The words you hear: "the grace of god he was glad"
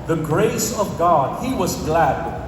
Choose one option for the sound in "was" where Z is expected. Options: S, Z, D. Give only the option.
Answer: Z